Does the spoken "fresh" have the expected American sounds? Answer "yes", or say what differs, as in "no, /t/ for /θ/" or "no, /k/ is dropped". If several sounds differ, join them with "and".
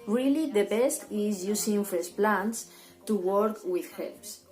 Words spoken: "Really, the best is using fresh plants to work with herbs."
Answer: no, /ɹ/ is dropped and /s/ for /ʃ/